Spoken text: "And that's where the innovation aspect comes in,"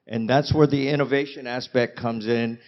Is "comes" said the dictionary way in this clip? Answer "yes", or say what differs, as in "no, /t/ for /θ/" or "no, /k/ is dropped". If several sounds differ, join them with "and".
yes